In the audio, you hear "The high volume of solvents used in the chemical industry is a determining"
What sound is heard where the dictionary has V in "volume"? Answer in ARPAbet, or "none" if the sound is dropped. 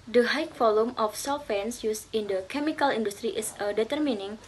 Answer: F